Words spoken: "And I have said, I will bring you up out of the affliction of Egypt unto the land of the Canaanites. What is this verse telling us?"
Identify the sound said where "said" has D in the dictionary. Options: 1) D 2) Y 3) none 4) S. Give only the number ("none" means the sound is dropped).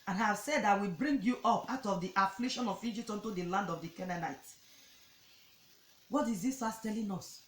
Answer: 1